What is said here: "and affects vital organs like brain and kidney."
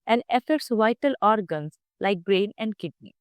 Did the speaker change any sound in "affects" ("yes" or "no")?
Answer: yes